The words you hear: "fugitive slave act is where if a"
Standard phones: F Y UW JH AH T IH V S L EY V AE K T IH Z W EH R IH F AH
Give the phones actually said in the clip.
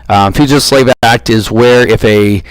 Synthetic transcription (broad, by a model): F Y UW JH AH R S L EY V AE K T IH Z W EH R IH F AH